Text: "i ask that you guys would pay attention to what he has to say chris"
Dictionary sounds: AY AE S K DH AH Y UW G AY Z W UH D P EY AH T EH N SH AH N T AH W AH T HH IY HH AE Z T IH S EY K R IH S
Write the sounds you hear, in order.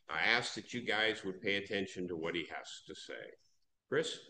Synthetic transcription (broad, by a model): AY AE S K DH AH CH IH G AY Z W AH D P EY AH T EH N SH AH N T AH W AH T HH IY HH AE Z T IH S EY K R IH S